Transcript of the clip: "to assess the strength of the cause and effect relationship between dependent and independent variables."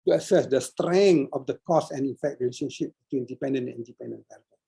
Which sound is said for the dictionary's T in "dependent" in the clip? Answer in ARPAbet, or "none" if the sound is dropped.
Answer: none